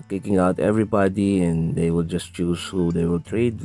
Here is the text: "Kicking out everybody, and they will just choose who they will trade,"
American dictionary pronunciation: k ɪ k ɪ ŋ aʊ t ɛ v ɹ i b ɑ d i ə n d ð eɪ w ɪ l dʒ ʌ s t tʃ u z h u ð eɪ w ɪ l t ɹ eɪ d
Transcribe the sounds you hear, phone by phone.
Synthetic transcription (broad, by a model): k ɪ k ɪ ŋ aʊ t ɛ v ɹ i b ɑ d i ə n d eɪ w ɪ l dʒ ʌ s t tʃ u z h u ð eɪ w ɪ l t ɹ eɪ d